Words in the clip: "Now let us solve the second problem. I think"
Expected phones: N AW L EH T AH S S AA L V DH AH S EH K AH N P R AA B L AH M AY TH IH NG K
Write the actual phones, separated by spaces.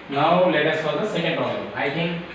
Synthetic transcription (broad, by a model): N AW L EH T AH S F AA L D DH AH S EH K AH N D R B AH AY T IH NG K